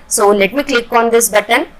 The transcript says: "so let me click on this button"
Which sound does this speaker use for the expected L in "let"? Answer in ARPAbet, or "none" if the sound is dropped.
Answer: N